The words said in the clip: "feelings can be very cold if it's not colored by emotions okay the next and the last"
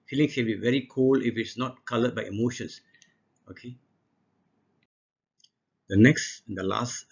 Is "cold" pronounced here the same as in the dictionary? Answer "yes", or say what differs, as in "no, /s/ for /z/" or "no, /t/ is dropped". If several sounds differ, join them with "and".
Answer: no, /d/ is dropped